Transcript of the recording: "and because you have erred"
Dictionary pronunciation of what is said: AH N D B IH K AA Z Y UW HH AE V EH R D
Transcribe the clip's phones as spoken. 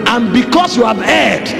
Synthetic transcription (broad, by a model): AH N B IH K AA S Y UW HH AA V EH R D